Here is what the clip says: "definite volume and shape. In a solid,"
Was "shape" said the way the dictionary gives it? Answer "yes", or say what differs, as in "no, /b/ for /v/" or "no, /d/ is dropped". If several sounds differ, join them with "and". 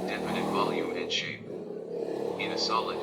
no, /p/ is dropped